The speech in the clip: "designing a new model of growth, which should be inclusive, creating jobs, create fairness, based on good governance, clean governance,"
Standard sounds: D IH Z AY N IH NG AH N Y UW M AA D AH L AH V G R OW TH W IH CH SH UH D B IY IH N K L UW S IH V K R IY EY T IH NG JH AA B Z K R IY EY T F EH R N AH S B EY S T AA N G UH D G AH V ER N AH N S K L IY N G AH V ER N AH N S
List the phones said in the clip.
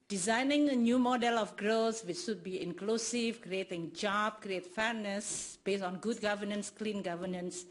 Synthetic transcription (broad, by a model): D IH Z AY N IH NG AH N Y UW M AA D AH L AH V G R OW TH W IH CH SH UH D B IY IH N K L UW S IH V K R IY EY T IH NG JH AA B K R IY EY T F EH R N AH S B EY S AA N G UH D G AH V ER N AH N S K L IY N G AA V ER N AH N S